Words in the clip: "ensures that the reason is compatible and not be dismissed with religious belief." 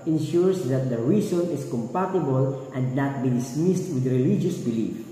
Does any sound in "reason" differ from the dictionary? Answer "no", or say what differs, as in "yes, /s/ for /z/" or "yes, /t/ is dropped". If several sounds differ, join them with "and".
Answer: yes, /s/ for /z/